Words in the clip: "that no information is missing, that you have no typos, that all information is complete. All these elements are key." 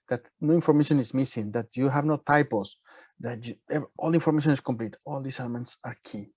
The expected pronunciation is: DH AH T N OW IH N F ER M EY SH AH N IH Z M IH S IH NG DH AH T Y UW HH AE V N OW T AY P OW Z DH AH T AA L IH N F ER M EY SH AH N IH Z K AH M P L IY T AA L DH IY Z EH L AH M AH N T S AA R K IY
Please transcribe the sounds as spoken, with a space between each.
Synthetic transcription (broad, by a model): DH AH T N OW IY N F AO M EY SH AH N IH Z M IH S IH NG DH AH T Y UW HH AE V N OW T AY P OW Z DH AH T AA L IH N F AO M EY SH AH N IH S K AH M P L IY T AA L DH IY S EH L AH M AH N T S AA R K IY